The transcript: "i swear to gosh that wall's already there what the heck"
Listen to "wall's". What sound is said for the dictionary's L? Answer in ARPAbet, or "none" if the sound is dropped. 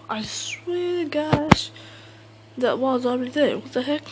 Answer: none